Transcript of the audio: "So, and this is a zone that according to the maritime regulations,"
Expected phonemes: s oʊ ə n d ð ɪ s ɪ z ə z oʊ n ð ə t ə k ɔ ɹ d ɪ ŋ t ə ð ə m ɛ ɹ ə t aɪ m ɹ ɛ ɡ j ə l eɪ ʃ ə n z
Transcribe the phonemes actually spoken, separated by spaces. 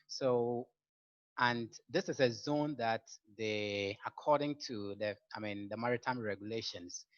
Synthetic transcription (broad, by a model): s oʊ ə n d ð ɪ s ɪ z ə z oʊ n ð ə t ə k ɔ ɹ d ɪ ŋ t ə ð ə m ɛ ɹ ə t aɪ m ɹ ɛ ɡ j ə l eɪ ʃ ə n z